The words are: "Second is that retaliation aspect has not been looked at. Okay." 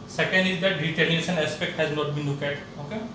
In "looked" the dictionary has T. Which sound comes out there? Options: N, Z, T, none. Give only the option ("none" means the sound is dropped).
none